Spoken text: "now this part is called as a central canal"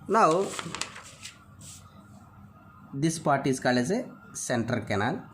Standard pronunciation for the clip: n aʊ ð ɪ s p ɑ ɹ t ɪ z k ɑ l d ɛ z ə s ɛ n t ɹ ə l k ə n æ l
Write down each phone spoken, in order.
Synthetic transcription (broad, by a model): n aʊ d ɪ s p ɑ ɹ t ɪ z k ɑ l ɛ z ə s ɛ n t ɹ ə l k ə n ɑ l